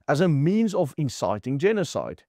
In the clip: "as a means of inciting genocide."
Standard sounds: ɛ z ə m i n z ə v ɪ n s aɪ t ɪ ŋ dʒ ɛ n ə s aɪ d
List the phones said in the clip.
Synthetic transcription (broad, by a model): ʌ z ə m i n z ə v ɪ n s aɪ t ɪ ŋ dʒ ɛ n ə s aɪ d